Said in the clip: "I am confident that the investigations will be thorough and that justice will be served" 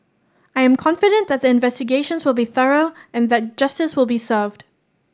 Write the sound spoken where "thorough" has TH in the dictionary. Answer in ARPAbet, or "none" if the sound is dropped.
TH